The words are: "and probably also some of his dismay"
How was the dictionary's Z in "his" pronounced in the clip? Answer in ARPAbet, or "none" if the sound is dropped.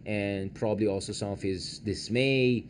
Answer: Z